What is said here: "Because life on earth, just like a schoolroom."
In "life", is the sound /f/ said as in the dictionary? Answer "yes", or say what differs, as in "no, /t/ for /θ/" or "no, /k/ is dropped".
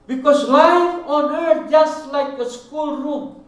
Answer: no, /f/ is dropped